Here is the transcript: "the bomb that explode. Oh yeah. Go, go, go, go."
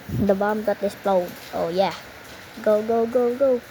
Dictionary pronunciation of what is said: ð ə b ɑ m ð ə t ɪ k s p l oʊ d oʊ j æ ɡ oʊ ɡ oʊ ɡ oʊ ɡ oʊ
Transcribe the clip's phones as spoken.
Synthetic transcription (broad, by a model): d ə b ɑ m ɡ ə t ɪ s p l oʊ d oʊ j æ ɡ oʊ ɡ oʊ ɡ oʊ ɡ oʊ